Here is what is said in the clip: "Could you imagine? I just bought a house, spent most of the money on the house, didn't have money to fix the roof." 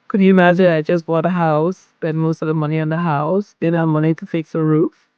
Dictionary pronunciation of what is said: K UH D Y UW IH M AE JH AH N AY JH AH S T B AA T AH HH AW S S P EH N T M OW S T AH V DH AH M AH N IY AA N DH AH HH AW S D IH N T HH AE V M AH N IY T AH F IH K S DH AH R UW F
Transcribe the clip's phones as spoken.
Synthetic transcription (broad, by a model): K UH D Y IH IH M AE JH AH N AY JH AH S T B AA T AH HH AW S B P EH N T M OW S T AH V DH AH M AH N IY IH N DH AH HH AW S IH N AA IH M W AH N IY T AH F IH K S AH R UW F